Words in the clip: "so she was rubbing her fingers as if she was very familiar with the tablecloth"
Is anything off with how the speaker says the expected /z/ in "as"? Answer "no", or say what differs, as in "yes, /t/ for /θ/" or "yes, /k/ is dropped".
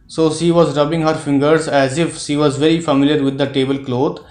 no